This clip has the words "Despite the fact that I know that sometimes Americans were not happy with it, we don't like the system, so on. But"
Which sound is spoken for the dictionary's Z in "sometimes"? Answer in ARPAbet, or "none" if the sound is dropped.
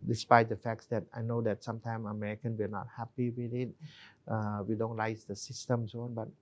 none